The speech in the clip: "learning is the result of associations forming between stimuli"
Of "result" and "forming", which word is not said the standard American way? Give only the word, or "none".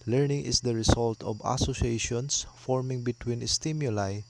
result